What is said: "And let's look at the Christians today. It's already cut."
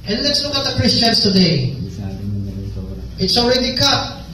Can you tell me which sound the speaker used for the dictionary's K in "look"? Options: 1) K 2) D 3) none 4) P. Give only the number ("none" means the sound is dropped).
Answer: 3